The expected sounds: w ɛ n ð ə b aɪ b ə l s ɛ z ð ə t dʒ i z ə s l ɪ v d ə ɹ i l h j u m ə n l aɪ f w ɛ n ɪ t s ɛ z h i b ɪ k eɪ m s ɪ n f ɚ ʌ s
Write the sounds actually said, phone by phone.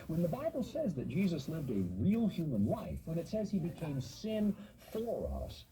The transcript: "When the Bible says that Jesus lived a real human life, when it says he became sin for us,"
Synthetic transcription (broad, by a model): w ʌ n ð ə b aɪ b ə l s ɛ z ð ə t dʒ i z ə s l ɪ v d ə ɹ i l h j u m ə n l aɪ f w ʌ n ɪ t s ɛ z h i b ɪ k eɪ m s ɪ n f ɚ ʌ s